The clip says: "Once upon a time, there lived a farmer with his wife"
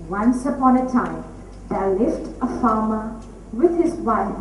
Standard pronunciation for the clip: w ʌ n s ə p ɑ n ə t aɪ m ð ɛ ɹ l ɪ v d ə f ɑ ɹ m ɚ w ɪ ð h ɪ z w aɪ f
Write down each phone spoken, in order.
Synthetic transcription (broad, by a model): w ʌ n s ə p ɑ n ə t aɪ m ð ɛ l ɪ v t ə f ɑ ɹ m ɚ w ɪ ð h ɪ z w aɪ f